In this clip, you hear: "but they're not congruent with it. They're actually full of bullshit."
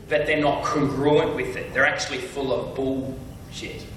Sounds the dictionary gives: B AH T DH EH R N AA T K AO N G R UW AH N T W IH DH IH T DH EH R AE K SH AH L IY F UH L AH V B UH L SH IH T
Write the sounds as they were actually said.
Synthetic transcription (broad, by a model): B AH T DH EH R N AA T K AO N G R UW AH N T W IH DH IH T DH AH R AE K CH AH L IY F UH L AH V B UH L SH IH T